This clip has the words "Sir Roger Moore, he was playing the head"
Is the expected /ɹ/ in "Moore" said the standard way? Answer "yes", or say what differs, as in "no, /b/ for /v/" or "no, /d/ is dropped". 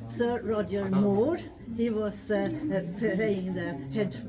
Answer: yes